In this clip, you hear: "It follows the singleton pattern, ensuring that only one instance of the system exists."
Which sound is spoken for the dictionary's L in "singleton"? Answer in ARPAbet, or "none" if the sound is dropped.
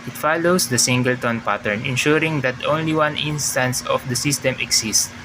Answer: L